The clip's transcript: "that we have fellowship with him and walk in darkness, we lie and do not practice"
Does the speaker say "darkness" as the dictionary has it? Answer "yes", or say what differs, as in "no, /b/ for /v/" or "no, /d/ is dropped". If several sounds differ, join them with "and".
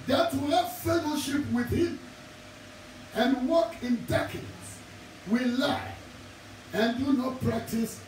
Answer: no, /n/ is dropped